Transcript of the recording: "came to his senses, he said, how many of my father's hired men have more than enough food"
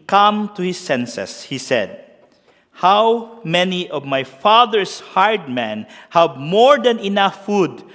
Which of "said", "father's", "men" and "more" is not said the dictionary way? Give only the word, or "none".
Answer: father's